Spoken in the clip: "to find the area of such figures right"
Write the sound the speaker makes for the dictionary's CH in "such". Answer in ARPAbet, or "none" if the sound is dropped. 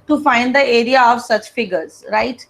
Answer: CH